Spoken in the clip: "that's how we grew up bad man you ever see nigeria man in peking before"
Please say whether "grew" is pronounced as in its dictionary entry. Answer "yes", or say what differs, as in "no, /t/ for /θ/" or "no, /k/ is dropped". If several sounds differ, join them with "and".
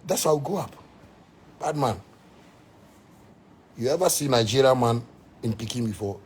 no, /ɹ/ is dropped